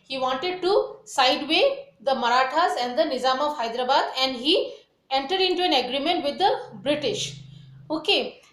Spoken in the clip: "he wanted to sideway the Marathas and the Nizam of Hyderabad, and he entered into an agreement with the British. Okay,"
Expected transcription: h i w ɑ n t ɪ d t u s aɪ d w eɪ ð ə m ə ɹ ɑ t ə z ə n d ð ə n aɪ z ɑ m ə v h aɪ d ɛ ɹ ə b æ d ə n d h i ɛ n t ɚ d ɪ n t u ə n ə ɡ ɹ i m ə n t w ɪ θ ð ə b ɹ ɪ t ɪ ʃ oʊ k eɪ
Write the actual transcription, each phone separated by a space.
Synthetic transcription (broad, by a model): h i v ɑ n t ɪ d t u s aɪ d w eɪ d ə m ə ɹ ɑ t ə z ə n d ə n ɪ z ɑ m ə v h aɪ d ɹ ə b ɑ d ə n d h i ɛ n t ɚ d ɪ n t u ə n ə ɡ ɹ i m ə n t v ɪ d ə b ɹ ɪ t ɪ ʃ oʊ k eɪ